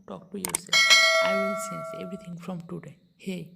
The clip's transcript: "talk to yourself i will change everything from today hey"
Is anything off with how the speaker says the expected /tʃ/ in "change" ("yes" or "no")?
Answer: yes